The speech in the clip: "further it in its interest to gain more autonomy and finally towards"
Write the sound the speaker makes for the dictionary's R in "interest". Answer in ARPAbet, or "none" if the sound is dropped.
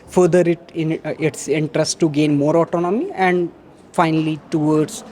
R